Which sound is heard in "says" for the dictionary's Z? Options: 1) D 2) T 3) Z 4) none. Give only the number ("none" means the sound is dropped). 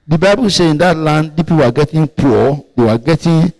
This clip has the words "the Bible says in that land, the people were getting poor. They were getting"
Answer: 4